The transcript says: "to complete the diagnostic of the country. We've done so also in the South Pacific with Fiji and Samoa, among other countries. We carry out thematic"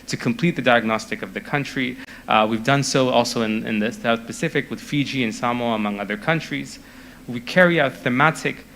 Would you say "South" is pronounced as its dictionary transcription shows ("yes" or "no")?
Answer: no